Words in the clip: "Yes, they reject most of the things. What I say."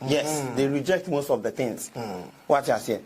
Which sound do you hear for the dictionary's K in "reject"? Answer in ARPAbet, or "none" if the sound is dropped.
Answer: K